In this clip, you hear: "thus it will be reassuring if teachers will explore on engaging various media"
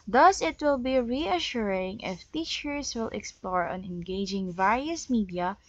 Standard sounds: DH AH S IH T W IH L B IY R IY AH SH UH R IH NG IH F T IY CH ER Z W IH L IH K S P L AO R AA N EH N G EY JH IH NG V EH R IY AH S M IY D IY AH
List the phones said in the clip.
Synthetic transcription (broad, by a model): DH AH S IH T W IH L B IY R IY AH SH UH R IH NG IH F T IY CH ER S W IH L IH K S P L AO R AA N EH N G EY JH IH NG V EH R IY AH S M IY D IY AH